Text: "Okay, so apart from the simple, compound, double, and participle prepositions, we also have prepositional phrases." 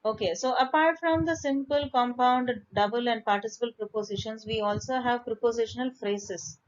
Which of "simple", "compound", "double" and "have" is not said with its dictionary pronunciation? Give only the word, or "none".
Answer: none